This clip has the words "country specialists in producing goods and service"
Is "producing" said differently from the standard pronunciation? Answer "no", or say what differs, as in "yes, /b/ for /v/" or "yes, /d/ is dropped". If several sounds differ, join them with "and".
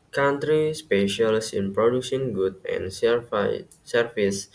no